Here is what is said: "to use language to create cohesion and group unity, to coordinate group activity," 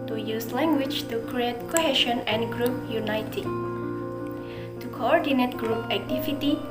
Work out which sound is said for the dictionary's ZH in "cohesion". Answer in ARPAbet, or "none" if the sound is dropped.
SH